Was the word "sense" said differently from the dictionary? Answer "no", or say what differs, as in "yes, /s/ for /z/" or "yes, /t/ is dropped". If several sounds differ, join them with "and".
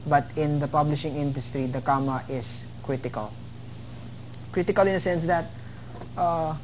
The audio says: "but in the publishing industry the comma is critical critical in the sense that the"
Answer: no